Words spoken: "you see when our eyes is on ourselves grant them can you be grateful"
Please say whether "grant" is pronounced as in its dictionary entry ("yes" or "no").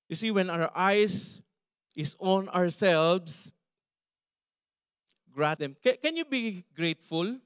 no